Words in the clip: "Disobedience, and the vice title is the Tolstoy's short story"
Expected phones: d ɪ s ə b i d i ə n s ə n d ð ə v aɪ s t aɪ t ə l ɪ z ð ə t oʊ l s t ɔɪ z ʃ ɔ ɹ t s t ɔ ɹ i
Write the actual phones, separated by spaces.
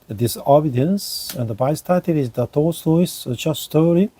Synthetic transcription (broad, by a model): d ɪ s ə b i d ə n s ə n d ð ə b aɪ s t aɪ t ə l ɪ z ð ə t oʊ s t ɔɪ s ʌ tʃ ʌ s t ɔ ɹ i